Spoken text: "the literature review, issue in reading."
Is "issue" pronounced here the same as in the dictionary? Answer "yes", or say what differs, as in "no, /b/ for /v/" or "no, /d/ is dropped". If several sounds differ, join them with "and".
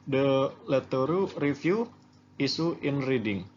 no, /s/ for /ʃ/